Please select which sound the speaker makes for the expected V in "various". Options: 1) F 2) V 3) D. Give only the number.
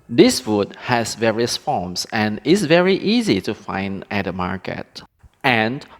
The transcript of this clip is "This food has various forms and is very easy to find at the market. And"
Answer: 2